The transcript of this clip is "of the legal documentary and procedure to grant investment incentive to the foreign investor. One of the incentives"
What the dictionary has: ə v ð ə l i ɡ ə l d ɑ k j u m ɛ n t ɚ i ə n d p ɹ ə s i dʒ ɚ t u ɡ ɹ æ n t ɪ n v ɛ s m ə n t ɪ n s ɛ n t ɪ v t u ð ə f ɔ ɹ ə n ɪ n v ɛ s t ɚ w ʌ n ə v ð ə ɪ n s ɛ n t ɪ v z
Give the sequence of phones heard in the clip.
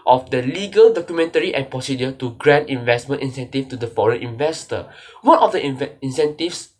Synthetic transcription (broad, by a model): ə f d ə l i ɡ ə l d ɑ k j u m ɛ n t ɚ i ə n p ɹ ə s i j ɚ t u ɡ ɹ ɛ n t ɪ n v ɛ s m ə n t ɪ n s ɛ n t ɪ f t u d ə f ɔ ɹ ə n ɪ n v ɛ s t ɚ w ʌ n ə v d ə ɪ n s ɛ n t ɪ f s